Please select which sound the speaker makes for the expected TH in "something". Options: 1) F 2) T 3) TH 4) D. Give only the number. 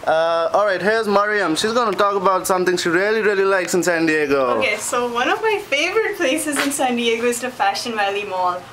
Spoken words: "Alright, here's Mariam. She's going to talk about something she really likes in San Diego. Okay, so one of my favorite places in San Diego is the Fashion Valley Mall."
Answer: 2